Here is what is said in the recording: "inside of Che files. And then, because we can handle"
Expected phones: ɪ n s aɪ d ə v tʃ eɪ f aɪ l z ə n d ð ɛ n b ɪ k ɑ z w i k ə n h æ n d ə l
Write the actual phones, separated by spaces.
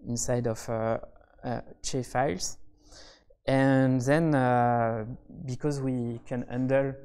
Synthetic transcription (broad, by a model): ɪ n s aɪ d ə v tʃ eɪ f aɪ l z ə n ð ɛ n b ɪ k ɑ z w i k ə n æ n d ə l